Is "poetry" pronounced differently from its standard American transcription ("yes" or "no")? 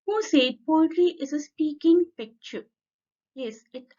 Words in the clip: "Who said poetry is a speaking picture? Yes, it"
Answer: yes